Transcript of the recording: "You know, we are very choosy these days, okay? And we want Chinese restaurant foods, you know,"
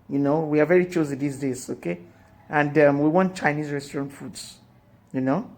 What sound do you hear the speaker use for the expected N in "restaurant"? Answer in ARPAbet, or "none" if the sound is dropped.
N